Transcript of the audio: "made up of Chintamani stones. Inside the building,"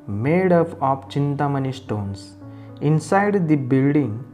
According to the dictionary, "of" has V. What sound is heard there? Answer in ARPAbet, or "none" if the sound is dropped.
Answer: P